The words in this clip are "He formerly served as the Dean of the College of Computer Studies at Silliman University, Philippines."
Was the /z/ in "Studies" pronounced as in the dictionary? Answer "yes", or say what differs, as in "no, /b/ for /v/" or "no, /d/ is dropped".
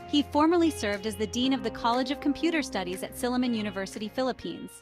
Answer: yes